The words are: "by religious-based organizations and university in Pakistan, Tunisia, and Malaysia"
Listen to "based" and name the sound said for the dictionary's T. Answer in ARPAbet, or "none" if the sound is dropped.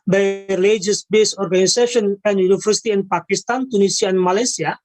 none